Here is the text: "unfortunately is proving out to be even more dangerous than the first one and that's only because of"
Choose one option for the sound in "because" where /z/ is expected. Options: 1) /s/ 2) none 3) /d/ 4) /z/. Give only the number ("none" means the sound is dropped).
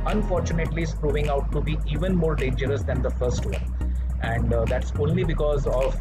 4